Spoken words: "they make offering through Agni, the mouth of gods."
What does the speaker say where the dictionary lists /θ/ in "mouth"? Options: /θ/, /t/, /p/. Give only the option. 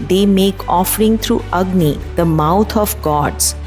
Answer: /t/